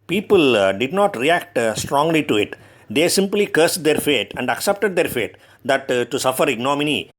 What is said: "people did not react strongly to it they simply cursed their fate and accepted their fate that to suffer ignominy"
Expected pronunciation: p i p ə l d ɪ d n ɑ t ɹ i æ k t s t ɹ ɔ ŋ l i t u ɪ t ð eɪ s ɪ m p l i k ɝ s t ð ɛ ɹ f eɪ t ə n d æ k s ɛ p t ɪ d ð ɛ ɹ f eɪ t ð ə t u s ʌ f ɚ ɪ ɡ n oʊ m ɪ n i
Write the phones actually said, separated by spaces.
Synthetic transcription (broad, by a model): p i p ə l d ɪ d n ɑ t ɹ i æ k t s t ɹ ɔ ŋ l i t u ɪ t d eɪ s ɪ m p l i k ɝ s t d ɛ ɹ f eɪ t ə n d æ k s ɛ p t ɪ d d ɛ ɹ f eɪ t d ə t u s ʌ f ɚ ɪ ɡ n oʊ m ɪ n i